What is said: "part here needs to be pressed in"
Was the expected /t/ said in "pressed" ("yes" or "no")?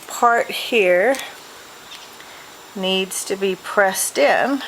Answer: yes